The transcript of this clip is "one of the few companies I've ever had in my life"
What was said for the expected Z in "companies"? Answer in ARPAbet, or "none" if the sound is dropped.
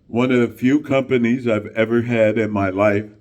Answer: Z